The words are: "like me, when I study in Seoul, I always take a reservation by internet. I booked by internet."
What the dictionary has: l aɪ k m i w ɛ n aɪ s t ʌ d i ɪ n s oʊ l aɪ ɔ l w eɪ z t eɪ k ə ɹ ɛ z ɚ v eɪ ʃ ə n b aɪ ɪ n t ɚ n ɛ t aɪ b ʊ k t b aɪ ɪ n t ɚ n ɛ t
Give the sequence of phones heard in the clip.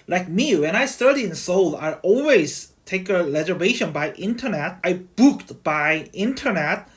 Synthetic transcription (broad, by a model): l aɪ k m i w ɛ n aɪ s t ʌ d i ɪ n s oʊ l aɪ ɔ l w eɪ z t eɪ k ə l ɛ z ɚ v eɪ ʃ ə n b aɪ ɪ n t ɚ n ɛ t aɪ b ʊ k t b aɪ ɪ n t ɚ n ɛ t